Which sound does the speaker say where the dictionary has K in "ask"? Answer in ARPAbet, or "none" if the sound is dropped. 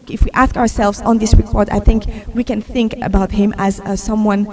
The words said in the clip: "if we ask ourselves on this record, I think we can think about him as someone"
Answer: K